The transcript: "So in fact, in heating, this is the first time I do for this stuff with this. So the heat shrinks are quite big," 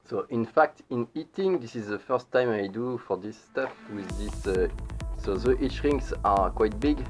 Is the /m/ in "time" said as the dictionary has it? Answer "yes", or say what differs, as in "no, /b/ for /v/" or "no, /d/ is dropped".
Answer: yes